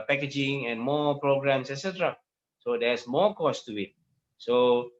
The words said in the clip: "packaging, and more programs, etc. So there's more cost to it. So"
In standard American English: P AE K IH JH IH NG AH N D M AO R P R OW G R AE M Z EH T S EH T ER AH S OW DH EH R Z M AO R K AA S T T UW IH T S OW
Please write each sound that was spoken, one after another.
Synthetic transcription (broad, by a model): P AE K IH JH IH NG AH N M AO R P R OW G R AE M S EH T S EH T ER AH S OW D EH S M AO K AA S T T UW IH T S OW